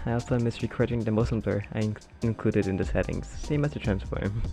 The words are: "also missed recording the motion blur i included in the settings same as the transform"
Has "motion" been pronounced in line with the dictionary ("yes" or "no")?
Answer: no